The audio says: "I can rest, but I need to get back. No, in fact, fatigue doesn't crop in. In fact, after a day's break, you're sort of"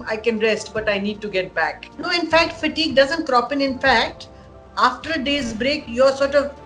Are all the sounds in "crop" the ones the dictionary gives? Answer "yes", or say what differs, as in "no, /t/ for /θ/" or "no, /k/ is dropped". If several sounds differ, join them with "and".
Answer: yes